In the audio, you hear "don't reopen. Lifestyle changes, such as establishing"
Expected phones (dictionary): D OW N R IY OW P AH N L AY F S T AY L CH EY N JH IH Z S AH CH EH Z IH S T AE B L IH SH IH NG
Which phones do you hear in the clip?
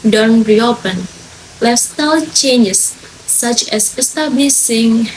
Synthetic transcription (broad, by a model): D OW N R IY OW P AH N L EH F S T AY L CH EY N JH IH S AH CH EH S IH S T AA B L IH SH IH NG